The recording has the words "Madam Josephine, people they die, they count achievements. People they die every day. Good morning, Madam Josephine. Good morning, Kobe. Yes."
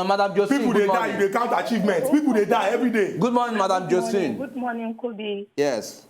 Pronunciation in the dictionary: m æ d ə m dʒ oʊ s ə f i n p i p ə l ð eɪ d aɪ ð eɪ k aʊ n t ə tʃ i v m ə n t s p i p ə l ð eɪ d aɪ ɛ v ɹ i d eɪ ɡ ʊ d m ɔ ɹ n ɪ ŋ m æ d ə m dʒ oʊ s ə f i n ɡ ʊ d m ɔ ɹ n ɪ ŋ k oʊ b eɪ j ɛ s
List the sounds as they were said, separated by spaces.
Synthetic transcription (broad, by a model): m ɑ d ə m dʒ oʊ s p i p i ə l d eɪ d aɪ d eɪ k aʊ n t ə tʃ i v m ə n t p i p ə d eɪ d aɪ ɛ v ɹ i d eɪ ɡ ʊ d m ɔ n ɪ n m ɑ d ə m dʒ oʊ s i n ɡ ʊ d m ɔ n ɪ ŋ k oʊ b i j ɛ s